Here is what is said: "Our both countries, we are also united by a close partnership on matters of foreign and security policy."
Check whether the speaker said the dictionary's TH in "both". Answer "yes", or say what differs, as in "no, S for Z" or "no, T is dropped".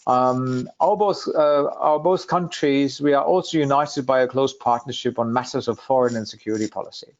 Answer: yes